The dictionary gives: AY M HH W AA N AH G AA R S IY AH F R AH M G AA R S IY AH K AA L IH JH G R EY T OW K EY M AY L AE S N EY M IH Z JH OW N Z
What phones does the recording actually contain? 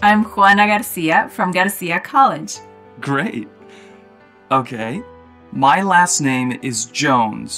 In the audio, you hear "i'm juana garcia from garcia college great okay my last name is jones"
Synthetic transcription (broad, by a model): AY M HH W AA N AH G AA R S IY AH F R AH M G AA R S IY AH K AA L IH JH G R EY T OW K EY M AY L AE S N EY M IH Z JH OW N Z